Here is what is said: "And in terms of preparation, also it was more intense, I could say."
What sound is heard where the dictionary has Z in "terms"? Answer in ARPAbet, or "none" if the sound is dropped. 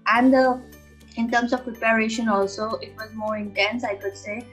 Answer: S